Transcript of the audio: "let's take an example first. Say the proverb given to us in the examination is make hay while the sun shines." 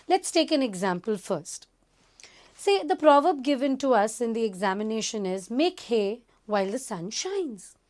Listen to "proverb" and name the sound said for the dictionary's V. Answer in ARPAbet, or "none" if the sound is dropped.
V